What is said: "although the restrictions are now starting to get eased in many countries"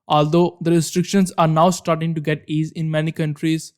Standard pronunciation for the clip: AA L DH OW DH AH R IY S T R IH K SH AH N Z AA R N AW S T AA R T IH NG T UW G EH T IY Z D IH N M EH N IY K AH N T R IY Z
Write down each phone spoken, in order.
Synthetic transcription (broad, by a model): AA L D OW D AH R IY S T R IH K SH AH N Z AA R N AW S T AA R T IH NG T UW G EH T IY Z IH N M EH N IY K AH N T R IY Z